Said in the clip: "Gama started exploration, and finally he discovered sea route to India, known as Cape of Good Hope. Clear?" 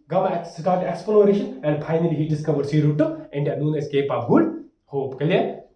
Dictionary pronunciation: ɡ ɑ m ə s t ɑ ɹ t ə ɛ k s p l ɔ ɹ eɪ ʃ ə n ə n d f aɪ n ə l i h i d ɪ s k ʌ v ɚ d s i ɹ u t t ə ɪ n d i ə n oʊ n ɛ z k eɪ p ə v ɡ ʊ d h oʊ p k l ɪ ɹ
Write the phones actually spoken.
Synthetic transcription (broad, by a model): ɡ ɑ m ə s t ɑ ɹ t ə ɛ k s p l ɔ ɹ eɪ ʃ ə n ə n d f aɪ n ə l i h i d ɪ s k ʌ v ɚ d s i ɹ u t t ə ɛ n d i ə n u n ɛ s k eɪ p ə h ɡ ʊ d h oʊ p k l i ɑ